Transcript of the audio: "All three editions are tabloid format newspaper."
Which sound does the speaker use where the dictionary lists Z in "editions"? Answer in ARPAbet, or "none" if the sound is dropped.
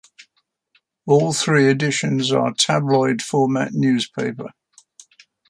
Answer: Z